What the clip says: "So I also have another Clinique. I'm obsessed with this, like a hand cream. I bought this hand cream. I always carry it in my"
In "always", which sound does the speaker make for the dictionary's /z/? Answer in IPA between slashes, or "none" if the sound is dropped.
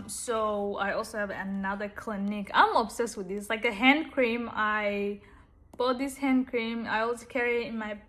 none